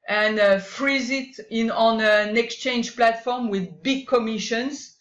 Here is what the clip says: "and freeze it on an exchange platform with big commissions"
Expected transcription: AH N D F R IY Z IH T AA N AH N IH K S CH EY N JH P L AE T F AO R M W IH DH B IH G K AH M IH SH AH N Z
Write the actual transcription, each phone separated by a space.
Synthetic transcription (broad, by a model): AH N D F R IY Z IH T AA N AH N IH K S CH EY N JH P L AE T F AO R M W IH DH B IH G K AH M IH SH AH N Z